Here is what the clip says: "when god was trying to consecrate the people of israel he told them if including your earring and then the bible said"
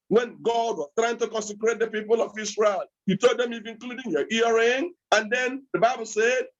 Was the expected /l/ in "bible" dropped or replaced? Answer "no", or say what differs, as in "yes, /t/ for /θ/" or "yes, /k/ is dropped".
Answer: no